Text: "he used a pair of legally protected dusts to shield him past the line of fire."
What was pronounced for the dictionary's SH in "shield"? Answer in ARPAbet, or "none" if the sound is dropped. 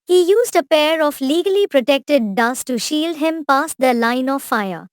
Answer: SH